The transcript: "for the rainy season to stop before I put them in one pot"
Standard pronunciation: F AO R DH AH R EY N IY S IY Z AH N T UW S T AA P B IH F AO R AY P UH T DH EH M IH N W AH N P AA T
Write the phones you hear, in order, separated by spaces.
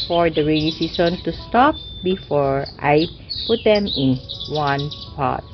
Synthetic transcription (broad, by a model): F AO R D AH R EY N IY S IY S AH N T UW S T AA P B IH F AO R AY P UH T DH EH M IH N W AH N P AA T